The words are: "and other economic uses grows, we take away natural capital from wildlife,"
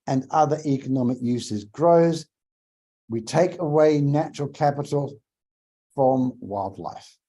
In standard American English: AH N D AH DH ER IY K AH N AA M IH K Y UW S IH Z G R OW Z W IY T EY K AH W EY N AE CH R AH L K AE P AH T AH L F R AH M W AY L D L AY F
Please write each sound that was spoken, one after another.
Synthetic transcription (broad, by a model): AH N AH DH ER IY K AH N AA M IH K Y UW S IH Z G R OW Z W IY T EY K AH W EY N AE CH R AH L K AE P AH T AH L F R AH M W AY L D L AY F